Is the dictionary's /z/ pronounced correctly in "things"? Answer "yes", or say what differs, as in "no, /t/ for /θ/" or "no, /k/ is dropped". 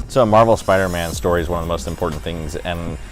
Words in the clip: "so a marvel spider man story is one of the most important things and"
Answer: yes